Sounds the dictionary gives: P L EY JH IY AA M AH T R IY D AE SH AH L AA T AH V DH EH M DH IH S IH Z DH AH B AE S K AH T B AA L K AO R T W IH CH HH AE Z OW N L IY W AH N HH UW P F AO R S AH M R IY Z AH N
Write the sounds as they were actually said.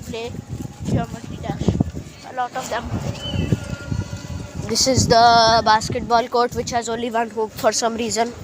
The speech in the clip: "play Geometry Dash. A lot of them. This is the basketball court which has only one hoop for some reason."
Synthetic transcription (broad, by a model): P L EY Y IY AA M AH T IY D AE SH AH L AA T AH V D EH M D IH S IH Z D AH B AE S K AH T B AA L K AO R T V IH CH HH AE Z OW N L IY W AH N HH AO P F AO R S AH M R IY Z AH N